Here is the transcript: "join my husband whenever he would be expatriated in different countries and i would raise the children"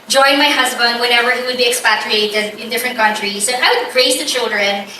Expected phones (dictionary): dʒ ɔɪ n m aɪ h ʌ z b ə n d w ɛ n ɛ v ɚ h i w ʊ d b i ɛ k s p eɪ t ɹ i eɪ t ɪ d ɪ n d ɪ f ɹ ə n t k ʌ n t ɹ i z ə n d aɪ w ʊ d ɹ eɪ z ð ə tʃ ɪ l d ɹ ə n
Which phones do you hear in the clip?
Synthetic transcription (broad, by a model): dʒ ɔɪ n m aɪ h ʌ z b ə n d w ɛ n ɛ v ɚ h i w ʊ d b i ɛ k s p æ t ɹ i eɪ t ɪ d ɪ n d ɪ f ɹ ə n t k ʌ n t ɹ i s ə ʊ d aɪ w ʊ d ɹ eɪ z ð ə tʃ ɪ l d ɹ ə n